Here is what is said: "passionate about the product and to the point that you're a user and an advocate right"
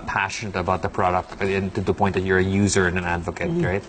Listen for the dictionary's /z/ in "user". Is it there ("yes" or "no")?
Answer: yes